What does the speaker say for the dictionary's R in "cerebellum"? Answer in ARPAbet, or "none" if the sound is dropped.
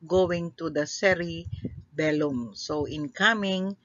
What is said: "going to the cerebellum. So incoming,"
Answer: R